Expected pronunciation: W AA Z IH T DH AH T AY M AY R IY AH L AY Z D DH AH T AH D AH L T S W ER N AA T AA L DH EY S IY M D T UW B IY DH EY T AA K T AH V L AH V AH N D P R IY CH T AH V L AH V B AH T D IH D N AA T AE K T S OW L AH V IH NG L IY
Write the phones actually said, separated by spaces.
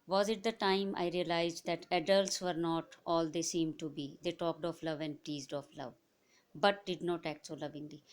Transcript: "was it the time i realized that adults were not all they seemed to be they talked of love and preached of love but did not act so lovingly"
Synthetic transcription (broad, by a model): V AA Z IH T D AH T AY M AY R IY AH L AY Z D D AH T AH D AH L T S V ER N AA T AA L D EY S IY M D T UW B IY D EY T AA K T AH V L AH V AH N D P IY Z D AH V L AH V B AH T D IH D N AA T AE K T S OW L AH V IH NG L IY